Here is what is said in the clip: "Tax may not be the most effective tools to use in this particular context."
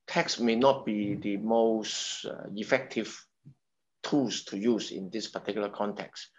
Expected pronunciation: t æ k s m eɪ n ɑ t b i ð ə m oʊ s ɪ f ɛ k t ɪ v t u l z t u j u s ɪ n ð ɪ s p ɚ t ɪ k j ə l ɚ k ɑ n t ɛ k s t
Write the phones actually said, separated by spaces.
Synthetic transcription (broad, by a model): t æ k s m eɪ n ɑ t b i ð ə m oʊ s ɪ f ɛ k t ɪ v t u l s t u j u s ɪ n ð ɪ s p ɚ t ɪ k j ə l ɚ k ɑ n t ɛ k s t